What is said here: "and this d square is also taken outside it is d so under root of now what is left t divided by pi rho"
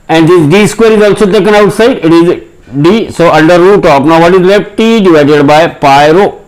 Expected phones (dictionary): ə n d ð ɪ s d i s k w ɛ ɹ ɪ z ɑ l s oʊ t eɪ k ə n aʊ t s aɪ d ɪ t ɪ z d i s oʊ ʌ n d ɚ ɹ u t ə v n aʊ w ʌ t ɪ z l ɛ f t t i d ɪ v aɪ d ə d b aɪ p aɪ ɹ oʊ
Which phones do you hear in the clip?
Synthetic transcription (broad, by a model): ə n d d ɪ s d i s k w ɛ ɹ ɪ z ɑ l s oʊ t eɪ k ə n aʊ t s aɪ d ɪ t ɪ z d i s oʊ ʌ n d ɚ ɹ u t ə p n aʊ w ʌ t ɪ z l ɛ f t t i d ɪ v aɪ d ə d b aɪ p aɪ ɹ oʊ